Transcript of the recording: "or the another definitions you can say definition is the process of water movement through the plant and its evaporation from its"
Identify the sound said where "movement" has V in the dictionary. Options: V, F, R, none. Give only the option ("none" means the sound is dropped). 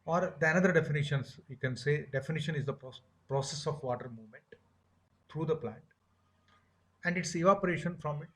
V